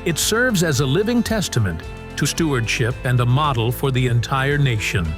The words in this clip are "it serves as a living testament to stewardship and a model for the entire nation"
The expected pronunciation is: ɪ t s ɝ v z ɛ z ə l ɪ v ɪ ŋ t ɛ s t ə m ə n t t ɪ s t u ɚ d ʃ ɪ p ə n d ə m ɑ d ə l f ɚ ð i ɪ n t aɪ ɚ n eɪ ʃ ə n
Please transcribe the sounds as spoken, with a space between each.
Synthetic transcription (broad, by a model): ɪ t s ɝ v z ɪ z ə l ɪ v ɪ ŋ t ɛ s t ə m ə n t t ɪ s t u ɚ d ʃ ɪ p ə n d ə m ɑ d l f ɚ ð i ɪ n t aɪ ɚ n eɪ ʃ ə n